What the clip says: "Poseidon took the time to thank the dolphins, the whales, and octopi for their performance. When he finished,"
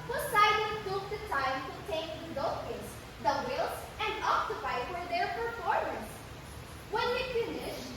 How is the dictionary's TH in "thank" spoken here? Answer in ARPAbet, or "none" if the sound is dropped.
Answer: T